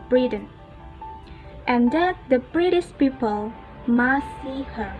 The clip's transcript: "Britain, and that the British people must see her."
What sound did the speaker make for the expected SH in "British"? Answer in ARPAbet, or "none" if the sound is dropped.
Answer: S